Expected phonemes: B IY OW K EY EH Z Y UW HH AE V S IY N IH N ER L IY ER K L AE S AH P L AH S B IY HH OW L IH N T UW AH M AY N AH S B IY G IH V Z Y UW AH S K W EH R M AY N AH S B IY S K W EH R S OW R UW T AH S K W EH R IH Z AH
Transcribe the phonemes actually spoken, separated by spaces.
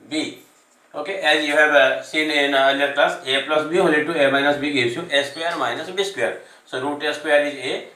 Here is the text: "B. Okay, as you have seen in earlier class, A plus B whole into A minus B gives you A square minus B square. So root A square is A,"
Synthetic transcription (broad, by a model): B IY OW K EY EH Z Y UW HH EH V S IY N IH N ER N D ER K L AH S AH P L AH S B IY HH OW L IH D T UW AH M AY N AH S B IY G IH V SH Y UW AH S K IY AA R M AY N AH S B IY S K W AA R S OW R UW T AH S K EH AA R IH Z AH